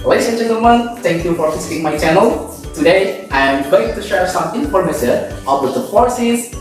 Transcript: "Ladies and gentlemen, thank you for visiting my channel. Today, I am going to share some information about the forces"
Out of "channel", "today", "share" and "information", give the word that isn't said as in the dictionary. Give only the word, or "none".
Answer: information